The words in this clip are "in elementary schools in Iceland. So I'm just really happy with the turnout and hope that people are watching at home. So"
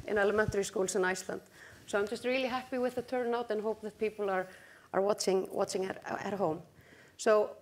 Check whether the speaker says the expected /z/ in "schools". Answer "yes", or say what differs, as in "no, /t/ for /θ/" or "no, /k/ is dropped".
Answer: no, /s/ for /z/